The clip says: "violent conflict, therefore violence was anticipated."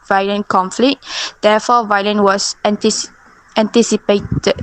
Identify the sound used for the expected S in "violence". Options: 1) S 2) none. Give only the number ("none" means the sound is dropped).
2